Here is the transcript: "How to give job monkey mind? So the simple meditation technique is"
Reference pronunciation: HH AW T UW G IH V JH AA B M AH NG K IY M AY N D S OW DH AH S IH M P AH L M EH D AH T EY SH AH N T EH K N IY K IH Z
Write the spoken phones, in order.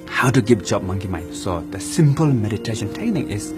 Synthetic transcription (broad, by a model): HH AW T UW G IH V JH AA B M AH NG K IY M AY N S OW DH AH S IH M P AH L M EH D AH T EY SH AH N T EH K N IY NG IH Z